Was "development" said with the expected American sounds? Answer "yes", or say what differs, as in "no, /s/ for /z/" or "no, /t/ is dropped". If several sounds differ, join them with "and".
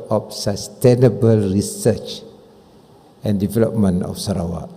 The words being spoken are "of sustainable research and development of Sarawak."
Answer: no, /t/ is dropped